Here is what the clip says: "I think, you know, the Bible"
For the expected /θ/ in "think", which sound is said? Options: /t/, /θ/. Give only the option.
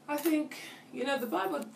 /θ/